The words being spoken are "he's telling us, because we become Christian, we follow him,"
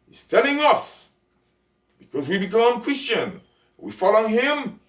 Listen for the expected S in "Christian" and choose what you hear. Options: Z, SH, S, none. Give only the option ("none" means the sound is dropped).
S